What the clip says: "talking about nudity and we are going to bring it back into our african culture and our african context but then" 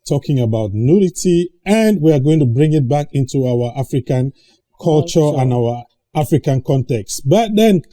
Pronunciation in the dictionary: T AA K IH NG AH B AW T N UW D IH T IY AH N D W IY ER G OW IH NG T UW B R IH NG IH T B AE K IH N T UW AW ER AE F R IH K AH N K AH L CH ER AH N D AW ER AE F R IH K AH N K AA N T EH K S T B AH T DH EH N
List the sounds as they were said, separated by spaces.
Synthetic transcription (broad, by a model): T AA K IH NG AH B AW T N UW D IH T IY AH N D W IY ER G OW IH NG T UW B R IH NG IH T B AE K IH N T UW AW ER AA F R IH K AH N K AH L CH ER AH N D AW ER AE F R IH K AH N K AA N T EH K S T B AH T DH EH N